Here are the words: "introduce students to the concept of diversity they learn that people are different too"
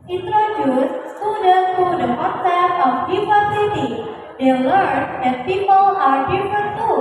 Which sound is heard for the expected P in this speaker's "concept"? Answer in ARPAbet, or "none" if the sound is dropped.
none